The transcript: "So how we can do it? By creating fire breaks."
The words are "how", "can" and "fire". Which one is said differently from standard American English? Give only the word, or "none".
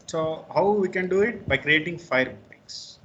none